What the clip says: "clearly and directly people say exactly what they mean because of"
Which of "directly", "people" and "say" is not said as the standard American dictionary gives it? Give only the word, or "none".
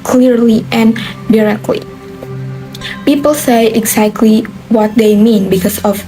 none